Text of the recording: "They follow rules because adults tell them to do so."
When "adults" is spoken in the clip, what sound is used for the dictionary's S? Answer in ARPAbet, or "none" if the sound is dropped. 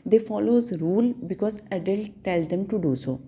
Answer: none